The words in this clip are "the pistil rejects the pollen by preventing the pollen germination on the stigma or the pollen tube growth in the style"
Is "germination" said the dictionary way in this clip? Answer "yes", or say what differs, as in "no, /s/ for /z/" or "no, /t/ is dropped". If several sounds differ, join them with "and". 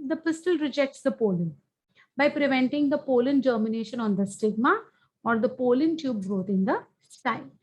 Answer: yes